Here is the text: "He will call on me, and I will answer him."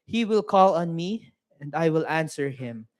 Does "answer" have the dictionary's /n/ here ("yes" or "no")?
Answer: yes